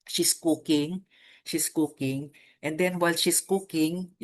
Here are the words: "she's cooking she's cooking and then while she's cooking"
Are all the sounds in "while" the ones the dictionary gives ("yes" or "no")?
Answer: yes